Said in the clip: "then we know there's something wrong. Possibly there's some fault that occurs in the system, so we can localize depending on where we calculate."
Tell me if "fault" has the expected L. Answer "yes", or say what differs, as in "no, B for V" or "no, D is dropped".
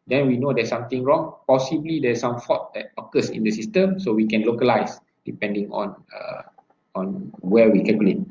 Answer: no, L is dropped